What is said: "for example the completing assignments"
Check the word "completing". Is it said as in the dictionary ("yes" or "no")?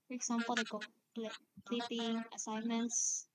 no